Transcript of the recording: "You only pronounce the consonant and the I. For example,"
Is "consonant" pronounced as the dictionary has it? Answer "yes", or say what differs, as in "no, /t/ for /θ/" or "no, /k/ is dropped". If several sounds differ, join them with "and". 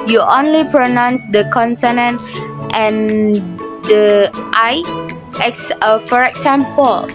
yes